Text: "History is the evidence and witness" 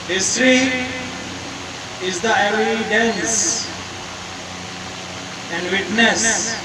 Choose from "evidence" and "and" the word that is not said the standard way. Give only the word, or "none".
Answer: evidence